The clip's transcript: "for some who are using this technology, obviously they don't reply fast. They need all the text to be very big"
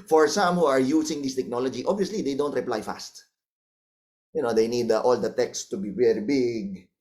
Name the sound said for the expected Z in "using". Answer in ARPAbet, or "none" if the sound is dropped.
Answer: S